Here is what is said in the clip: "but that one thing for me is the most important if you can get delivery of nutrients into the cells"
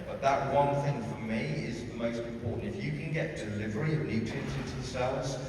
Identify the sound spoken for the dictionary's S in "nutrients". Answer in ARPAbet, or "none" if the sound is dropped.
none